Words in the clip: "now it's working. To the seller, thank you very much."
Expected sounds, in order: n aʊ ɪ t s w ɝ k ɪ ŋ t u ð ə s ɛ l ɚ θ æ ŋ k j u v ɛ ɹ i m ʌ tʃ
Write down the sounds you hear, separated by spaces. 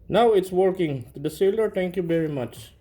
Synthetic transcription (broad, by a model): n aʊ ɪ t s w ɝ k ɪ ŋ t u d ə s ɛ l ɚ t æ ŋ k j u v ɛ ɹ i m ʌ tʃ